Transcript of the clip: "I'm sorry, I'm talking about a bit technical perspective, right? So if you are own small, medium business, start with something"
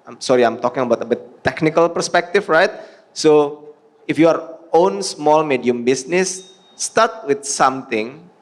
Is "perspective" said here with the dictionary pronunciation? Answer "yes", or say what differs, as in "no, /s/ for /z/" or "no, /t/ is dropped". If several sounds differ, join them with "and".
no, /f/ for /v/